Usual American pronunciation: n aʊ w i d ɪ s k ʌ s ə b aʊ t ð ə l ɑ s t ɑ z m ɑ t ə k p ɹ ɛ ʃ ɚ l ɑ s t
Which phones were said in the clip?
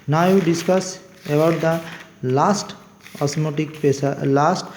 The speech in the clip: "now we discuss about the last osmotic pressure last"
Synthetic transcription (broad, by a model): n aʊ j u d ɪ s k ʌ s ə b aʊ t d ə l ɑ s t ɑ s m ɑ t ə k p ɛ s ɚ l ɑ s t